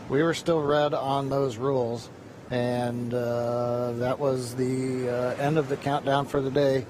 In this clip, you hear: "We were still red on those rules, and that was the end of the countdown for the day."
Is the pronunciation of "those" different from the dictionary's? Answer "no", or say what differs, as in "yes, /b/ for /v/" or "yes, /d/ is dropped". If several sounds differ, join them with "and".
no